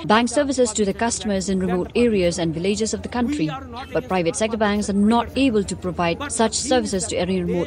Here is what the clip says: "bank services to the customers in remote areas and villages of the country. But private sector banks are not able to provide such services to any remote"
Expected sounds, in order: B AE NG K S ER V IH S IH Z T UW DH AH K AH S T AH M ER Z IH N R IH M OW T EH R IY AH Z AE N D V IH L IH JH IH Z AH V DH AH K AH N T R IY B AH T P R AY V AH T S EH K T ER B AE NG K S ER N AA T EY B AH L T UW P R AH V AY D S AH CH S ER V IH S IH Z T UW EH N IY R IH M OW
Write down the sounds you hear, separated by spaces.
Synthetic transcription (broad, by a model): B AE NG K S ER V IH S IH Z T UW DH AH K AH S T AH M ER Z IH N R IH M OW T EH R IY AH Z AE N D V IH L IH JH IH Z AH V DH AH K AH N T R IY B AH T P R AY V AH T S EH K T ER B AE NG K S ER N AA T EY B AH L T UW P R AH V AY D S AH CH S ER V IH S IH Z T UW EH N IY R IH M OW